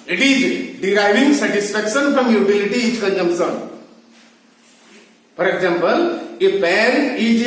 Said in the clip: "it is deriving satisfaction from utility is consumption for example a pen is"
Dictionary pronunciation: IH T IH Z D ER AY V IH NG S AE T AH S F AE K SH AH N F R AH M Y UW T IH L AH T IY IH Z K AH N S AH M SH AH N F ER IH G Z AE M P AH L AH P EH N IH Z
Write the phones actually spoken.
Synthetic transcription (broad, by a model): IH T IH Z D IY AY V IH NG S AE T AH S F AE K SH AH N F R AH M Y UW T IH L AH T IY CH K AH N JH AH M S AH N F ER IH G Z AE M P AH L AH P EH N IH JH